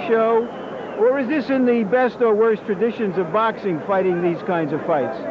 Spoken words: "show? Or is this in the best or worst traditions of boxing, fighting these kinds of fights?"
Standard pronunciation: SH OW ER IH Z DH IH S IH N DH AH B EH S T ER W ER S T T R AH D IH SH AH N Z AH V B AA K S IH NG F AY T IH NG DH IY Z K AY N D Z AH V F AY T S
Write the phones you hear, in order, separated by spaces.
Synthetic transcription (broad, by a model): SH OW ER IH Z DH IH S IH N DH AH B EH S T ER W ER S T T R AH D IH SH AH N Z AH V B AA K S IH NG F AY T IH NG DH IY Z K AY N D Z AH V F AY T S